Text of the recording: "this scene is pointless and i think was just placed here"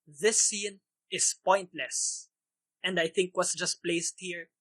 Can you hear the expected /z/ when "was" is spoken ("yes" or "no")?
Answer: no